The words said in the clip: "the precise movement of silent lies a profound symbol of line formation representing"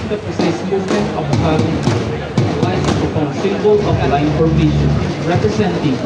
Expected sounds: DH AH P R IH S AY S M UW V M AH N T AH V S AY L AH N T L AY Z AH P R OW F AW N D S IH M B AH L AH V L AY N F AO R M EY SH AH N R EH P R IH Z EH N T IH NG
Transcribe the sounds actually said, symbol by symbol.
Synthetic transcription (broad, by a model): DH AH P R IH S AY S M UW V M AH N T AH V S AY AH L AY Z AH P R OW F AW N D S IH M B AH L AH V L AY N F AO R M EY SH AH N R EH P R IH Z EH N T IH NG